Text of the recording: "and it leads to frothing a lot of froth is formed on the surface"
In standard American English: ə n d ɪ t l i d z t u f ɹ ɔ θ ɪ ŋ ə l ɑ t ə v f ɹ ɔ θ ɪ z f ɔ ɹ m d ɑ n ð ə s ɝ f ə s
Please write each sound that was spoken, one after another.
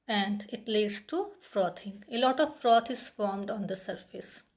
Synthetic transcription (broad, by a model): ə n d ɪ t l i d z t u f ɹ ɔ t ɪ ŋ ə l ɑ t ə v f ɹ ɔ t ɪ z f ɔ ɹ m d ɑ n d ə s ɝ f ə s